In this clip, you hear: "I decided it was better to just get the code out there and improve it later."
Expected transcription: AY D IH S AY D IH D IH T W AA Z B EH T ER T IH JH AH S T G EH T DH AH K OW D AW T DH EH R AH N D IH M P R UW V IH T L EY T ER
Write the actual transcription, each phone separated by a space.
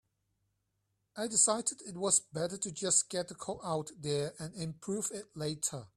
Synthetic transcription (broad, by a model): AY D IH S AY D IH D IH T W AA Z B EH T ER T IH JH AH S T G EH T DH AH K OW AW T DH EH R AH N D IH M P R UW V IH T L EY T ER